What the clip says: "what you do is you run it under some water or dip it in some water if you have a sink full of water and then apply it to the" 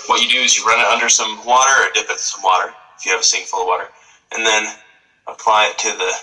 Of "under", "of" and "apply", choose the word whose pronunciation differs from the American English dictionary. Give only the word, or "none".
none